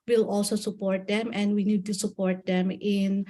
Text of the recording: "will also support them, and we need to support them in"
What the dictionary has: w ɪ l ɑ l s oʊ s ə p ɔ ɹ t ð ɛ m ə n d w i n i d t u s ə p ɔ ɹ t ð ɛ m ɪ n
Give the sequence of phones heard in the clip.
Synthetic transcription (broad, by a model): w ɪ l ɑ l s oʊ s ə p ɔ ɹ t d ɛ m ə n d w i n i d t u s ə p ɔ ɹ t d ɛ m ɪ n